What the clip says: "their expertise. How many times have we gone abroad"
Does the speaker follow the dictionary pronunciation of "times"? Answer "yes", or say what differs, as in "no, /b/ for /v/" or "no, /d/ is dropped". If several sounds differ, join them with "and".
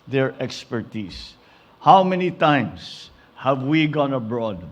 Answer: no, /s/ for /z/